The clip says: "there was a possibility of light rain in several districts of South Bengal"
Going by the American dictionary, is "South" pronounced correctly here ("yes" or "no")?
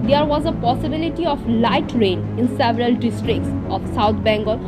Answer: no